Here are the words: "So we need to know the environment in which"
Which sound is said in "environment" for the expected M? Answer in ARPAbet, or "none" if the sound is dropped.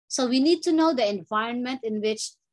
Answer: M